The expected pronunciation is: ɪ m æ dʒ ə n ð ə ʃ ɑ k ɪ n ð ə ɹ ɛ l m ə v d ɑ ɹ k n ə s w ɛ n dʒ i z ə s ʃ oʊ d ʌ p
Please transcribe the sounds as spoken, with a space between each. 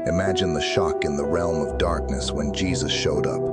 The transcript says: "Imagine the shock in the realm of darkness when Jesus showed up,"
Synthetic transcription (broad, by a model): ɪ m æ dʒ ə n ð ə ʃ ɑ k ɪ n ð ə ɹ ɛ l m ə v d ɑ ɹ k n ə s w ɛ n dʒ i z ə s ʃ oʊ d ʌ p